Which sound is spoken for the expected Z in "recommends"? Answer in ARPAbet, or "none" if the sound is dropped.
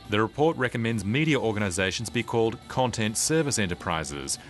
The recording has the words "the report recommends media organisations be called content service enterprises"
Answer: Z